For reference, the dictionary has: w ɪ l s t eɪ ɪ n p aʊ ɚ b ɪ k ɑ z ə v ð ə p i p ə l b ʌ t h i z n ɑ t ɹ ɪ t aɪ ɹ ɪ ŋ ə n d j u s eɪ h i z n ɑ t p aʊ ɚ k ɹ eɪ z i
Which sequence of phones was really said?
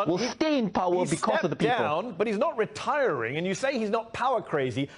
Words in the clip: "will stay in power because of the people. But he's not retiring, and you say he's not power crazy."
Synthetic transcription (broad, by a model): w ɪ l s t eɪ ɪ n p aʊ ɚ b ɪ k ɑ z ə v ð ə p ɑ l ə n b ʌ t h i z n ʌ t ɹ ɪ t aɪ ɹ ɪ ŋ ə n j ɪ s eɪ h i z n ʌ t p aʊ ɚ k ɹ eɪ z i